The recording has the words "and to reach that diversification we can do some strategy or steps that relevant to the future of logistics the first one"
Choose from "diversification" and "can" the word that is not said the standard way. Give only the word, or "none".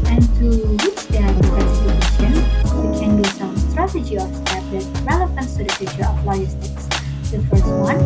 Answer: diversification